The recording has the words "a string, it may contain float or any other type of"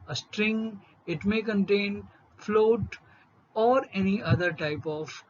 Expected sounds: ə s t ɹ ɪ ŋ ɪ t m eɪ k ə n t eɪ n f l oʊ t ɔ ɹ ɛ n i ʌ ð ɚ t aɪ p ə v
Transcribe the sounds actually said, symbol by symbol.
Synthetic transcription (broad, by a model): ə s t ɹ ɪ ŋ ɪ t m eɪ k ə n t eɪ n f l oʊ t ɔ ɹ ɛ n i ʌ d ɚ t aɪ p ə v